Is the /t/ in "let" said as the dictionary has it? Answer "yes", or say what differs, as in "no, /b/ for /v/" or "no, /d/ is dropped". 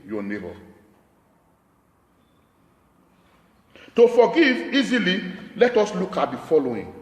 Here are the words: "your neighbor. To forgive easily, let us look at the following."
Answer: yes